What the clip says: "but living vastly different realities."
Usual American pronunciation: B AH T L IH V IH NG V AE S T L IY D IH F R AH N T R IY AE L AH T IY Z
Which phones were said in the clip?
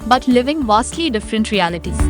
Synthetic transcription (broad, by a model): B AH T L IH V IH NG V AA S T L IY D IH F R AH N T R IY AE L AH T IY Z